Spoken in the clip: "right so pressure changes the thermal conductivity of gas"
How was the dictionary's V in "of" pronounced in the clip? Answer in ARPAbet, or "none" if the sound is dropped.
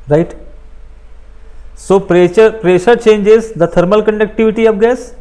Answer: P